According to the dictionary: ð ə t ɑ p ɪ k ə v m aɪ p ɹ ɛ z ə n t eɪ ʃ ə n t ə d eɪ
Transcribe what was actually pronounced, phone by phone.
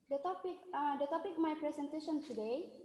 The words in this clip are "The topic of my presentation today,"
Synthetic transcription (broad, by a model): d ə t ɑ p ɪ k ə p m aɪ p ɹ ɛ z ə n t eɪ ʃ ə n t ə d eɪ